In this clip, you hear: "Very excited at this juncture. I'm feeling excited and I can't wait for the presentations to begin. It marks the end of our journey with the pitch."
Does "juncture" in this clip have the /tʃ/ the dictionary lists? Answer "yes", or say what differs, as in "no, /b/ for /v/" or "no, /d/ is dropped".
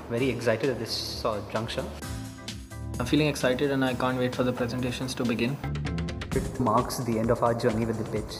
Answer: no, /ʃ/ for /tʃ/